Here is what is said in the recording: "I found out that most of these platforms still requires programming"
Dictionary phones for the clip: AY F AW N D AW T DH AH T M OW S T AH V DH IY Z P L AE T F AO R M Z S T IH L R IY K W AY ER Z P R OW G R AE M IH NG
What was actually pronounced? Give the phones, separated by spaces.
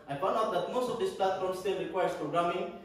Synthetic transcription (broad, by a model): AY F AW N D AW T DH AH T M OW S T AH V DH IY S P L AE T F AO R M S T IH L R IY K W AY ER S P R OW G R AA M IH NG